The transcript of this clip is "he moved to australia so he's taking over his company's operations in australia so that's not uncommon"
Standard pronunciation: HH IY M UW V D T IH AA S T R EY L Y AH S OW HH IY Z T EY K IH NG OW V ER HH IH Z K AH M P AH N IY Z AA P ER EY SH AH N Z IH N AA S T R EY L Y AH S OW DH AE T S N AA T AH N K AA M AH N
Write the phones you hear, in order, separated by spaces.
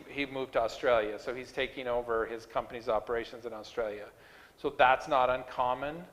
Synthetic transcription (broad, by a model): HH IY M UW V T IH AA S T R EY L Y AH S OW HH IY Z T EY K IH NG OW V ER IH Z K AH M P AH N IY Z AA P ER EY SH AH N Z IH N AA S T R EY L Y AH S OW DH AE T S N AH T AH N K AA M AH N